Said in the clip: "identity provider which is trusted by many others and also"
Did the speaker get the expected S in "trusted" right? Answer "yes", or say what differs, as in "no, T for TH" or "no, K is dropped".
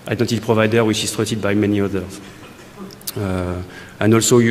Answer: no, S is dropped